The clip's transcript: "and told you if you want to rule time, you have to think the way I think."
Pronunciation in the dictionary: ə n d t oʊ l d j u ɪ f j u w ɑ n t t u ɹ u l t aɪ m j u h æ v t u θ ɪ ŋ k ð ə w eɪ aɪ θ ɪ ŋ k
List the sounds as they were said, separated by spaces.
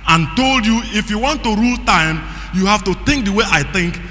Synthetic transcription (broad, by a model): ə n t oʊ l d j u ɪ f j u w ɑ n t t u ɹ u l t aɪ m j u h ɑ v t u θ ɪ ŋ k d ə w eɪ aɪ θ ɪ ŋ k